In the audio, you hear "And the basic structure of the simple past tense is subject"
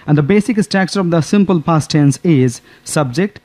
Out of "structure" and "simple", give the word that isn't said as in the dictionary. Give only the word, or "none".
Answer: structure